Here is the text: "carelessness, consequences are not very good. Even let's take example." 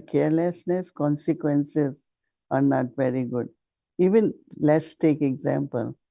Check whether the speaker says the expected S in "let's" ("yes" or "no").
yes